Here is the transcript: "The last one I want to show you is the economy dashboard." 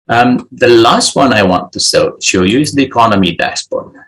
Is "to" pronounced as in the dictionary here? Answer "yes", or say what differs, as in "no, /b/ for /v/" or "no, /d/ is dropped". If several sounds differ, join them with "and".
no, /s/ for /t/